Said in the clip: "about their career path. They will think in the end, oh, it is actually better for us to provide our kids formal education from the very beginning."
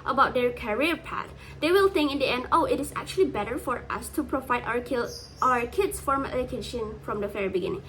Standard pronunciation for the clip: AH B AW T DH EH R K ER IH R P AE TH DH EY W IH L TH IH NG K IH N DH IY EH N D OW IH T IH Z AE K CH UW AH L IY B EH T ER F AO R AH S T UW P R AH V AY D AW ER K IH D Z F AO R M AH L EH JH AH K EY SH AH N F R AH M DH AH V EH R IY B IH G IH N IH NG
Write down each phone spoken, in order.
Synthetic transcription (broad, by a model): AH B AW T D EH R K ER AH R P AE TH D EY W IH L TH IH NG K IH N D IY EH N D OW IH T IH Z AE K CH UW AH L IY B EH T ER F AO R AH S T UW P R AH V AY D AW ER K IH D S F AO R M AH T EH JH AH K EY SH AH N F R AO M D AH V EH R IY B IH G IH N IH NG